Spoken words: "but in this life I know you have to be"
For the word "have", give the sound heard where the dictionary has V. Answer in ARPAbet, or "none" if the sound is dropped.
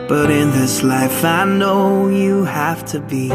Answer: F